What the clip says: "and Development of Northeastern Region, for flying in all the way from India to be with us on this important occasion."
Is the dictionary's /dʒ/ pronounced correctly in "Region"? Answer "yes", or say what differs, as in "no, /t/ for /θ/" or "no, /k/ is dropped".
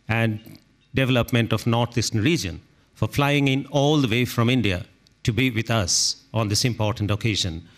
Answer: yes